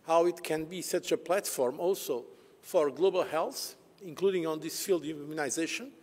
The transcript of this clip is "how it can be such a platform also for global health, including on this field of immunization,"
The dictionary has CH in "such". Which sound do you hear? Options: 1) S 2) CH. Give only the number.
2